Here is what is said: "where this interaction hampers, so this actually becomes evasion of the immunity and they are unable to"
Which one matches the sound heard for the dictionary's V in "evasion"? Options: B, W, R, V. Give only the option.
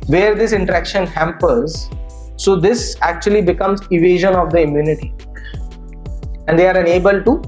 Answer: V